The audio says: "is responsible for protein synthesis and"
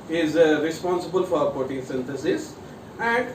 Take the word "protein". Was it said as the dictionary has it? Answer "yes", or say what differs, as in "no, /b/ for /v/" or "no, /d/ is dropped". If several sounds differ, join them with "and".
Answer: no, /ɹ/ is dropped